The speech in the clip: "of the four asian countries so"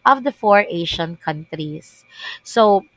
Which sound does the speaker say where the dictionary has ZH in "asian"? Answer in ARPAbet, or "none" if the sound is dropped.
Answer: SH